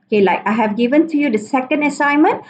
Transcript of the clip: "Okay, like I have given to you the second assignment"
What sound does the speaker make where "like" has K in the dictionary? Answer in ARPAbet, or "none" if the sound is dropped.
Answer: K